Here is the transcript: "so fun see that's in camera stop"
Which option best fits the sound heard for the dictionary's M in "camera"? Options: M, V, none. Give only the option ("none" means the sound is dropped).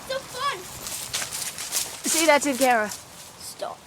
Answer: none